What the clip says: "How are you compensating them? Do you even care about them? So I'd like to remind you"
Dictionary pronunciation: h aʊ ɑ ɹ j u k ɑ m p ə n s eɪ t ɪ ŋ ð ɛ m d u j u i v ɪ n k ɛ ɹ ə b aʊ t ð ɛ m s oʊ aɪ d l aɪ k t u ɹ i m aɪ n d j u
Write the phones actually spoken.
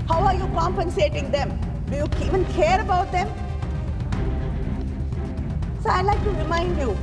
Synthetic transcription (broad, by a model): h aʊ ɑ ɹ j u k ɑ m p ə n s eɪ t ɪ ŋ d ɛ m d u j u i v ɪ n k ɛ ɹ ə b aʊ t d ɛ m s oʊ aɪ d l aɪ k t u ɹ i m aɪ n d j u